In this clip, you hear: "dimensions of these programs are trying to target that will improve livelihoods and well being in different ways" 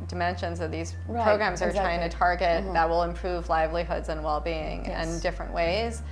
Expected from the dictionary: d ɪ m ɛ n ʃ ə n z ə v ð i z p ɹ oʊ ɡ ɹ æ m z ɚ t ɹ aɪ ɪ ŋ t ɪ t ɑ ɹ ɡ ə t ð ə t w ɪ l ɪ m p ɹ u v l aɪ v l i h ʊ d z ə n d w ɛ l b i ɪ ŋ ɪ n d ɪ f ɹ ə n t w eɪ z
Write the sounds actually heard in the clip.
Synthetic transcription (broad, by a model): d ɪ m ɛ n ʃ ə n z ə v ð i z p ɹ oʊ ɡ ɹ æ m z ɚ t ɹ aɪ ɪ ŋ t ɪ t ɑ ɹ ɡ ə t ð ə t w ɪ l ɪ m p ɹ u v l aɪ v l i h ʊ d z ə n w ɛ l b i ɪ ŋ ɪ n d ɪ f ɹ ə n t w eɪ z